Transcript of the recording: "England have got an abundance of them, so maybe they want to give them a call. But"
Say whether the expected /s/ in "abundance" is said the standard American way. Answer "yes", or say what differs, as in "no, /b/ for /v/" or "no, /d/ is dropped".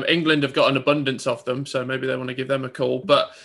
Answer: yes